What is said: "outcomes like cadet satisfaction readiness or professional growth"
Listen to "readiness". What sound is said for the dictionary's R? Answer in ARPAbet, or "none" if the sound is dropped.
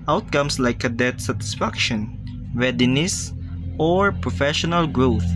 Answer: W